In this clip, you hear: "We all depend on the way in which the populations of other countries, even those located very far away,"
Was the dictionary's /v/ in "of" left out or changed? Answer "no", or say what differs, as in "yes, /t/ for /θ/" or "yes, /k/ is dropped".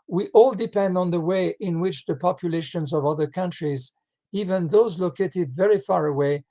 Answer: no